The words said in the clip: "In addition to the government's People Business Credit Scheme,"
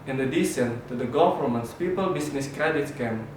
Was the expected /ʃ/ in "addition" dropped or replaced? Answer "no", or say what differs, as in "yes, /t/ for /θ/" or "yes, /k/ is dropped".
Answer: yes, /s/ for /ʃ/